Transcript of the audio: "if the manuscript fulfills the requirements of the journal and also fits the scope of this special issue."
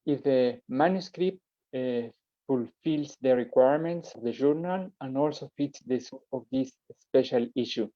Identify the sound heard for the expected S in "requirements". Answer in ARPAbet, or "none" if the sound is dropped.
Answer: S